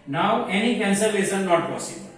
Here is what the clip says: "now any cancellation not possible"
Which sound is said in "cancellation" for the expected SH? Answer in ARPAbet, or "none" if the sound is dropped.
S